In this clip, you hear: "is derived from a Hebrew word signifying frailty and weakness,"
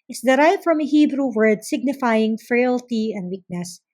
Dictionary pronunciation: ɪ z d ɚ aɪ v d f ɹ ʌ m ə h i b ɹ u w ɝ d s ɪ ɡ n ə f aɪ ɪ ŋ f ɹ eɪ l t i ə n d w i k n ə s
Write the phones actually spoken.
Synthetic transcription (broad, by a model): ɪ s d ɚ aɪ v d f ɹ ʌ m ə h i b ɹ u w ɝ d s ɪ ɡ n ə f aɪ ɪ ŋ f ɹ eɪ l t i ə n d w i k n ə s